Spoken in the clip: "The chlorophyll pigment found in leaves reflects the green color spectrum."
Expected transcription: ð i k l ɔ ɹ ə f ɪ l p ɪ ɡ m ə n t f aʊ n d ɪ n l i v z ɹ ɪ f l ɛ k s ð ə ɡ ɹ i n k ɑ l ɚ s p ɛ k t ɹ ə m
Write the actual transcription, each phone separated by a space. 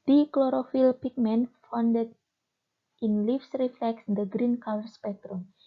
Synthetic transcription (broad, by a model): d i k l ɔ ɹ ə f ɪ l p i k m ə n f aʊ n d ɪ n l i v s ɹ ɪ f l ɛ k s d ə ɡ ɹ i n k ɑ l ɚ s p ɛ k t ɹ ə m